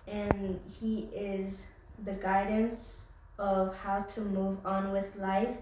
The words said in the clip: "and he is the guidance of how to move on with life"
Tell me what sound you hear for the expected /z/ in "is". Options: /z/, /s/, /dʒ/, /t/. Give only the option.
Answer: /z/